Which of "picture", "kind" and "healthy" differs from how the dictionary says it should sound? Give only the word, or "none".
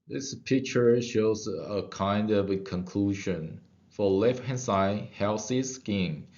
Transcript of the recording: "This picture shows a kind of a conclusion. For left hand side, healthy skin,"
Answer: healthy